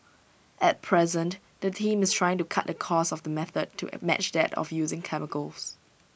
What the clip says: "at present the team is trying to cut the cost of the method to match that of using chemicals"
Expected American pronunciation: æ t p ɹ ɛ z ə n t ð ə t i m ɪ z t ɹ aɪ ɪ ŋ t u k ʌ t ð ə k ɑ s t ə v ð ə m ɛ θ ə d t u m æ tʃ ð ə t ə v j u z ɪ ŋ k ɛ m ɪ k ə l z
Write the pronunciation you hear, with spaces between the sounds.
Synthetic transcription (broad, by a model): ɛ t p ɹ ɛ z ə n t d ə t i m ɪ s t ɹ aɪ ɪ ŋ t u k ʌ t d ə k ɑ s ə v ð ə m ɛ θ ə d t u m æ tʃ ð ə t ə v j u z ɪ ŋ k ɛ m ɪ k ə l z